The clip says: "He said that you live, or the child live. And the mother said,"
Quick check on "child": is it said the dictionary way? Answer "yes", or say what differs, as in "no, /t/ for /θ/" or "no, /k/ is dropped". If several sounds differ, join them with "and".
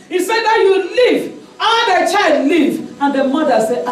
yes